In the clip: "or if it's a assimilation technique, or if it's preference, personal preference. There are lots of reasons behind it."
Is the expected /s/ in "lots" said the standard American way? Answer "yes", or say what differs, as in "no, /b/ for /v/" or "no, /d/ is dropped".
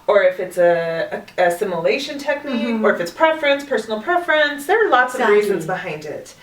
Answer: yes